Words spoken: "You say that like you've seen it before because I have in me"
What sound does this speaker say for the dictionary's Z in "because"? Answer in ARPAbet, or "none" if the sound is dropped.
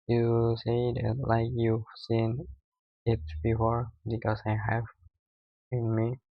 S